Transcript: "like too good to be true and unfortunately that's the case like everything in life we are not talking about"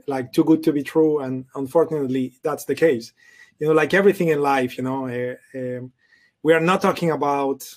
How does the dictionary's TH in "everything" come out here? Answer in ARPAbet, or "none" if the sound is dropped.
TH